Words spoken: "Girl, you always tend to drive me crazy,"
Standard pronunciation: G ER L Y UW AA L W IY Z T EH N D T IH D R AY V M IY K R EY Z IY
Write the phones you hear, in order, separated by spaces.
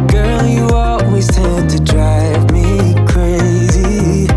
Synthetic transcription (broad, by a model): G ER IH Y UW AA L W IY Z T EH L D T IH D R AY V M IY K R EY Z IY